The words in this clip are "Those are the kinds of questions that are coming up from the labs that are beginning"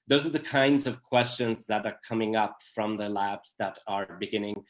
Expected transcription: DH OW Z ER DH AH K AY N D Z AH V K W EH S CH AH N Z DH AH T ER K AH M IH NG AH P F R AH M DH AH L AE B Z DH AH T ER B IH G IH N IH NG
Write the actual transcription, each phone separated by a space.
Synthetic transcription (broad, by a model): DH OW Z ER DH AH K AY N D Z AH V K W EH S CH AH N Z DH AH T ER K AH M IH NG AH P F R AH M DH AH L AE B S DH AH T ER B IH G IH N IH NG